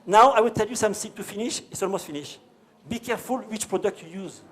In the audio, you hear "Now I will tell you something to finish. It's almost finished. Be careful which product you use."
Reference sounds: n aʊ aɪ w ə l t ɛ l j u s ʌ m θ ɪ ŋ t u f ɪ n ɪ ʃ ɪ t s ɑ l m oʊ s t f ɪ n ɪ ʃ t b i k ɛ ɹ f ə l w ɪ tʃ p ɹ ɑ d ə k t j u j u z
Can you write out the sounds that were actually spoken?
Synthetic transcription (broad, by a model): n aʊ aɪ w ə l t ɛ l j u s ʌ m s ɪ t u f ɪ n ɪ ʃ ɪ t s ɑ l m oʊ s t f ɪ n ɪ ʃ b i k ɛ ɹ f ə l w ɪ tʃ p ɹ ɑ d ə k t j u j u z